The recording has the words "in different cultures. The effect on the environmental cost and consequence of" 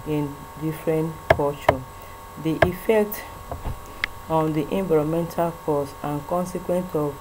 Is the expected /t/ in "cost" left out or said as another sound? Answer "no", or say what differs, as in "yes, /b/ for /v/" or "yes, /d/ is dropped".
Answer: yes, /t/ is dropped